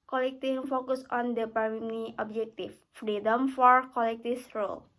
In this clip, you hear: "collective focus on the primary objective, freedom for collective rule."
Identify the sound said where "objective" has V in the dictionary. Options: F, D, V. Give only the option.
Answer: F